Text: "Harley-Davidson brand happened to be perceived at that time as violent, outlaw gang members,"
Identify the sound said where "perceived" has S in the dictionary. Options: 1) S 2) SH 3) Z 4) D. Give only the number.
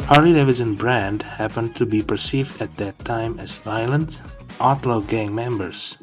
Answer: 1